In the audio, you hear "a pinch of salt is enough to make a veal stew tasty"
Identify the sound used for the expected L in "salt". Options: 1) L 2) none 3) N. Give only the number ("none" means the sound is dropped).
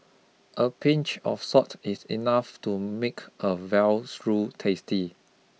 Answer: 2